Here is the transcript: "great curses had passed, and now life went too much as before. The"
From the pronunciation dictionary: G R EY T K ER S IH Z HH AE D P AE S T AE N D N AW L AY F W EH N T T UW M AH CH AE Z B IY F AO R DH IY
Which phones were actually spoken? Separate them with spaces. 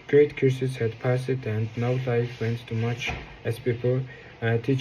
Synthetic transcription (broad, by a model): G R EY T K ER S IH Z HH AE D P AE S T AE N D N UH L AY F W EH N T T UW M AH CH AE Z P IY P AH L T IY